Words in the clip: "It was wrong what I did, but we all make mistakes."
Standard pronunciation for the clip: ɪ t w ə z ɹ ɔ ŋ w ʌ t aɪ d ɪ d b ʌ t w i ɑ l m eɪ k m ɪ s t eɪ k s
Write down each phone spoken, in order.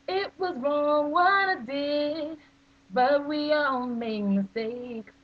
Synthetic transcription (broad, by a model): ɪ t w ə z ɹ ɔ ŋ w ʌ t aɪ d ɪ b ʌ t w i ɑ l m eɪ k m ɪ s t eɪ k